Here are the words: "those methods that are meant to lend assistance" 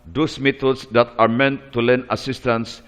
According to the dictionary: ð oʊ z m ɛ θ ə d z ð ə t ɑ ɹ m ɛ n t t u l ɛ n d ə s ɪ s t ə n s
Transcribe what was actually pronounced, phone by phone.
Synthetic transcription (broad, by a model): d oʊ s m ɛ t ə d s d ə t ɑ ɹ m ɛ n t t u l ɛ n ə s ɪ s t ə n s